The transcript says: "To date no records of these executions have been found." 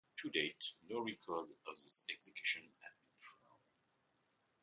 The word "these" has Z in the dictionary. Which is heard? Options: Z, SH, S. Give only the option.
S